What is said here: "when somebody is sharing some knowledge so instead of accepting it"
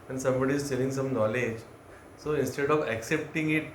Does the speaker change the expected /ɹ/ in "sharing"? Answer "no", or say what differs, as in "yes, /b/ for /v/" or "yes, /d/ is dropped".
yes, /l/ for /ɹ/